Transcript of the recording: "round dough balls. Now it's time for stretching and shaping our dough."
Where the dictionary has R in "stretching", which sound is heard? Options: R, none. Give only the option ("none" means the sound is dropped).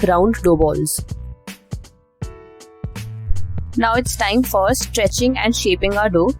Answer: R